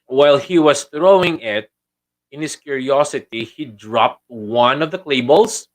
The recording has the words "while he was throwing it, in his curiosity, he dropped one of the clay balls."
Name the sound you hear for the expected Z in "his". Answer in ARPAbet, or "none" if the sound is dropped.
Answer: S